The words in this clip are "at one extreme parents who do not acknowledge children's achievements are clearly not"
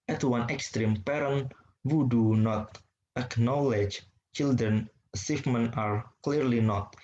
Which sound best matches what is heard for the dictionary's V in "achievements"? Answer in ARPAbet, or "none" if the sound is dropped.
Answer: F